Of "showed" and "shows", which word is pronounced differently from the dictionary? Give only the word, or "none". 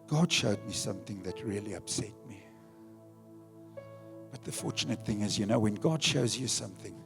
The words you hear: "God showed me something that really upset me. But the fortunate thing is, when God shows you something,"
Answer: none